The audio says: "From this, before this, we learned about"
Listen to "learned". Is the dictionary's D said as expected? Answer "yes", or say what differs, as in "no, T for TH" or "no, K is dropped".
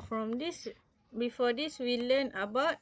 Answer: no, D is dropped